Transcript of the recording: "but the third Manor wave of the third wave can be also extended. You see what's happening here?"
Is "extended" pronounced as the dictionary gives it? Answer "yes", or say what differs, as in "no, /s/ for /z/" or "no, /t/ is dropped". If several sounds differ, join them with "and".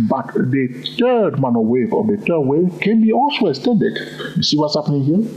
no, /k/ is dropped